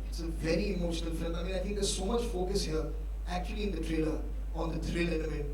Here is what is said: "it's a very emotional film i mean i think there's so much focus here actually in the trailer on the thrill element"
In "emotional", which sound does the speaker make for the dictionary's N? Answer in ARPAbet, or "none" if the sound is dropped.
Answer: N